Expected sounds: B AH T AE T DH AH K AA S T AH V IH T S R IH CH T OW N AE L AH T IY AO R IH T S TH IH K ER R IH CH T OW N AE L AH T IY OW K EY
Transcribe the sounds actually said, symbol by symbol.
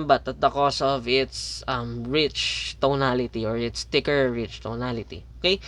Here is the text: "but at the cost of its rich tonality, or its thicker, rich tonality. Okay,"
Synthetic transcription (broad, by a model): B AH T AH T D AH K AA S AH V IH T S R IH CH T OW N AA L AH T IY AO R IH T S T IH K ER R IH CH T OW N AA L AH T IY OW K EY